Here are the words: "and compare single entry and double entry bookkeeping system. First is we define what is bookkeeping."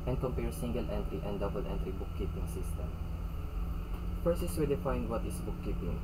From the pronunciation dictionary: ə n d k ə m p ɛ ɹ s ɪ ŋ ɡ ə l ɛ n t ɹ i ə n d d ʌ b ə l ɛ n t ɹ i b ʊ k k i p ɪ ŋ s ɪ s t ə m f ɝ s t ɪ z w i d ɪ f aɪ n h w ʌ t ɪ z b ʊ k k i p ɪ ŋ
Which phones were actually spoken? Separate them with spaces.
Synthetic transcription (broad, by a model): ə n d k ə m p ɛ ɹ s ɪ ŋ ɡ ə l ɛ n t ɹ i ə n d d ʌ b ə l ɛ n t ɹ i b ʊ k k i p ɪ ŋ s ɪ s t ə m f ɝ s ɪ s w i d ɪ f aɪ n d w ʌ t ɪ s b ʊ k k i p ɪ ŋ